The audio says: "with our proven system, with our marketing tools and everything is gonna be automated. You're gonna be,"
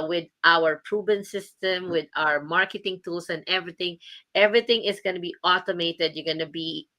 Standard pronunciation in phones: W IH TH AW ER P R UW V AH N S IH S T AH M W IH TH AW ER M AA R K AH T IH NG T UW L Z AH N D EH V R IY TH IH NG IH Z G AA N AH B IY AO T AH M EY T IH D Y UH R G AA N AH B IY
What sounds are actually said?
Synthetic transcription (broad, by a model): W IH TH AW ER P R UW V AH N S IH S T AH M W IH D AW ER M AA R K AH T IH NG T UW L S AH N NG EH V R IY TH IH NG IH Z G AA N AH B IY AO T AH M EY T IH D Y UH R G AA N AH B IY